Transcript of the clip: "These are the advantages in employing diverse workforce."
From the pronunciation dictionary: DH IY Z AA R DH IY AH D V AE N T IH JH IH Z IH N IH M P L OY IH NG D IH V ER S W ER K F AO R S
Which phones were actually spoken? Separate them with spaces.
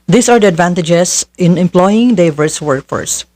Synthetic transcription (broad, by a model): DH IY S AA R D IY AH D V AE N T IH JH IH S IH N IH M P L OY IH NG D IH V ER S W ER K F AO R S